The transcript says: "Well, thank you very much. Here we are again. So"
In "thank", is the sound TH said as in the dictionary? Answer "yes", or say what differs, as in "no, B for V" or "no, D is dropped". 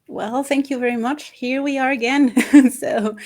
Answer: yes